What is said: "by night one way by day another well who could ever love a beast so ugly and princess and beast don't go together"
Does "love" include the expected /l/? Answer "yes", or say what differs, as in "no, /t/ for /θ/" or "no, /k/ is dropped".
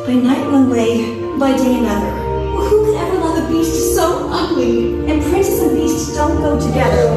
no, /w/ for /l/